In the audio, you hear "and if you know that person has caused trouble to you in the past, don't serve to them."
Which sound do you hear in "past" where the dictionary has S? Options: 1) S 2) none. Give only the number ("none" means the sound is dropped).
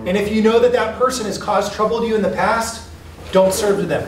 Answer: 1